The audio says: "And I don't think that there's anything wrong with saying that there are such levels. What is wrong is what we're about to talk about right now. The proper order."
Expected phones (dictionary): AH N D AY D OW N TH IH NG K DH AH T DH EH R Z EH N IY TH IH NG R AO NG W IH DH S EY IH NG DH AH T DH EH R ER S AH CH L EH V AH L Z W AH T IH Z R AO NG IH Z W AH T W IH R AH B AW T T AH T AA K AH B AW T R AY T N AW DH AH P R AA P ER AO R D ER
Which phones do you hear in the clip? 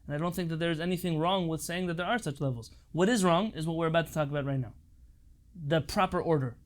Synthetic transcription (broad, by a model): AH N AY D OW N TH IH NG K DH AH T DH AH R Z EH N IY TH IH NG R AO NG W IH DH S EY IH NG DH AH T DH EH R ER S AH CH L EH V L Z W AH T IH Z R AO NG IH Z W AH T W IH R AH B AW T T AH T AA K AH B AW T R AY T N AW DH AH P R AA P ER AO R D ER